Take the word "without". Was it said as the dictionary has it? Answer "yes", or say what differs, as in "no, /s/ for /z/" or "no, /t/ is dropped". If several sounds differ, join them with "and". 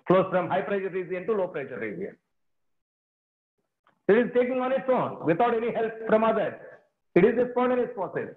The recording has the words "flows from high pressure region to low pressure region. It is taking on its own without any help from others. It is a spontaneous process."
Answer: no, /t/ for /θ/